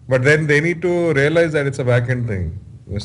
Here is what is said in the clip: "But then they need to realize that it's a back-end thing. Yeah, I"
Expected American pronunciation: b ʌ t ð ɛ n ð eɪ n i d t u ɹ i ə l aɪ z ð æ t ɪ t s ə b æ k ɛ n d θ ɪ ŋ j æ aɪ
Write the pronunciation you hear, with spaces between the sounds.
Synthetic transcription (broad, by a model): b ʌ t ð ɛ n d eɪ n i d t u ɹ i ə l aɪ z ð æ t ɪ t s ə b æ k ɛ n d t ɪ ŋ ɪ